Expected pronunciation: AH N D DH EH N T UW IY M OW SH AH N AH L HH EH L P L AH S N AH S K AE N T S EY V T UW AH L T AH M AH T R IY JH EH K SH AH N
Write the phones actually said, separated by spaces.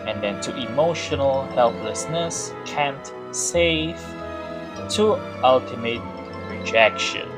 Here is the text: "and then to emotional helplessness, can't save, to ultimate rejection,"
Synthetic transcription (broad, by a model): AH N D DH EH N T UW IY M OW SH AH N AH L HH EH L P L AH S N AH S K AE N T S EY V T UW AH L T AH M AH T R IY JH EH K SH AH N